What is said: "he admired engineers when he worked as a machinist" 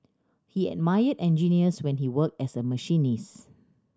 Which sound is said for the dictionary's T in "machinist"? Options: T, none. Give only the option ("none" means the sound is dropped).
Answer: none